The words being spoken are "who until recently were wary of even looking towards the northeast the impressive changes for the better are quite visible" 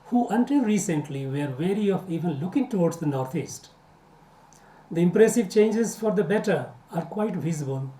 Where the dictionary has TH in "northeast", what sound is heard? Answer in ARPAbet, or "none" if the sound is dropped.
T